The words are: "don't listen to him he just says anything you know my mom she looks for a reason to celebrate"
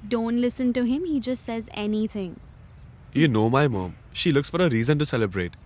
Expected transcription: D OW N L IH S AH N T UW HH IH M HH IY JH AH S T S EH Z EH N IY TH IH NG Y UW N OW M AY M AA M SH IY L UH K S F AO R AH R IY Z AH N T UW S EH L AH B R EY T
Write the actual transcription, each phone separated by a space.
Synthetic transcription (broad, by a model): D OW N L IH S AH N T UW HH IH M HH IY JH AH S T S EH Z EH N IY T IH NG Y UW N OW M AY M AA M SH IY L UH K S F AO R AH R IY Z AH N T UW S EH L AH B R EY T